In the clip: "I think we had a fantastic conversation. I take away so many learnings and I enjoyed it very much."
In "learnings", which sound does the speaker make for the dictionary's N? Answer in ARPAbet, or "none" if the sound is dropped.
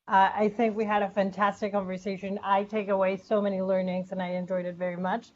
N